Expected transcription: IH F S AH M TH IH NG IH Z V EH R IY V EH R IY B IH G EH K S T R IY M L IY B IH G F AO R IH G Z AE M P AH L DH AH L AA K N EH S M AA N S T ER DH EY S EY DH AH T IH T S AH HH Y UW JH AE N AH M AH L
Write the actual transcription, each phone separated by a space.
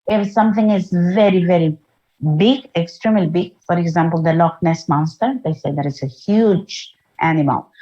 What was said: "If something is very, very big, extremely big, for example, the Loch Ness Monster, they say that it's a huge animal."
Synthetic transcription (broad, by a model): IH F S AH M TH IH NG IH Z V EH R IY V EH R IY B IH G EH K S T R IY M L IY B IH G F AO R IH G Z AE M P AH L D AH L AA K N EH S M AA S T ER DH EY S EY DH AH T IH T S AH HH Y UW JH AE N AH M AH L